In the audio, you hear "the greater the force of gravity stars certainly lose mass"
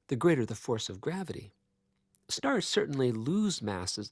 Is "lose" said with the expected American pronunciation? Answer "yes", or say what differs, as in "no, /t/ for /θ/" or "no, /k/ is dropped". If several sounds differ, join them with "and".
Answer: yes